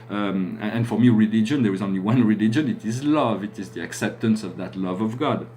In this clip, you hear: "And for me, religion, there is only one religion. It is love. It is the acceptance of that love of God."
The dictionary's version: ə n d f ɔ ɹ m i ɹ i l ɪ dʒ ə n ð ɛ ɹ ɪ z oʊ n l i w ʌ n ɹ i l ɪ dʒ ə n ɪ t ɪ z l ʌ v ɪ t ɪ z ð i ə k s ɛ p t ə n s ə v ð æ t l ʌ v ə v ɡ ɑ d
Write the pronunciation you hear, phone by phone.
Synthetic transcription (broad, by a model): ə n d f ɔ ɹ m i ɹ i l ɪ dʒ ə n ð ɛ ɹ ɪ z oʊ n l i w ʌ n ɹ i l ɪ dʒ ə n ɪ t ɪ z l ʌ v ɪ t ɪ z ð i ə k s ɛ p t ə n s ə v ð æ t l ʌ v ə v ɡ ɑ d